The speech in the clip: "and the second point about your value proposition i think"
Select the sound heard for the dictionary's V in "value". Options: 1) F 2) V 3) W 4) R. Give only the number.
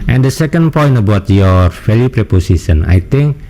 1